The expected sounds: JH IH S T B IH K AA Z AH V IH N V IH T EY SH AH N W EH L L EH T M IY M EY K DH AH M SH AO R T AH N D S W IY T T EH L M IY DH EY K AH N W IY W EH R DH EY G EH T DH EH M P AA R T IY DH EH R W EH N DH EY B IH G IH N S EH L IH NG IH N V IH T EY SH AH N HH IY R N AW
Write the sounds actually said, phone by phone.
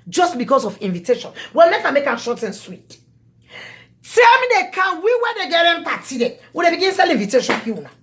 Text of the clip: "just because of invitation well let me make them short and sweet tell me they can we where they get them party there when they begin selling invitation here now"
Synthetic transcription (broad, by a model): JH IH S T B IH K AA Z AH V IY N V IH T EY SH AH N W EH L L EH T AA M EY K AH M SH AO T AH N S W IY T T EH L M IY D EY K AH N W IY W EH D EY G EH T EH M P AA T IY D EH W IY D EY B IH G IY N S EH L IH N V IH T EY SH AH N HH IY W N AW